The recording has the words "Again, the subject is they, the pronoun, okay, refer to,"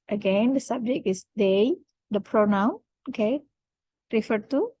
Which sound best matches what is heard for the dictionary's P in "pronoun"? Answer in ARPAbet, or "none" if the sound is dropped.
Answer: P